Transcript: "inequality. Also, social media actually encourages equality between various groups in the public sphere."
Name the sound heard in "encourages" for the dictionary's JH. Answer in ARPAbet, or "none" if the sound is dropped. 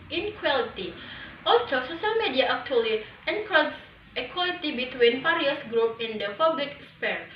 none